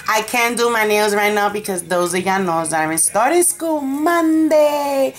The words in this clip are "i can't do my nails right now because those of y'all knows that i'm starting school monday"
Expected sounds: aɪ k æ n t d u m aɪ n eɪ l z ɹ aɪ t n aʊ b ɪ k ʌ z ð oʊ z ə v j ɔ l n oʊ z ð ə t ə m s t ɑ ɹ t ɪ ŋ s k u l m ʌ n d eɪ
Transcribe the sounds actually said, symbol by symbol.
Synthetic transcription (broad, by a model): aɪ k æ n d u m aɪ n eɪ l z ɹ aɪ t n aʊ b ɪ k ʌ z ð oʊ z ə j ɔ n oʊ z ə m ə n s t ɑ ɹ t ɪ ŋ s k u l m ʌ n d eɪ